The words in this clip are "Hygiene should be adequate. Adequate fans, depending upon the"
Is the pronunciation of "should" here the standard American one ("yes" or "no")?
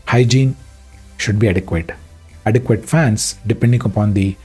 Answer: yes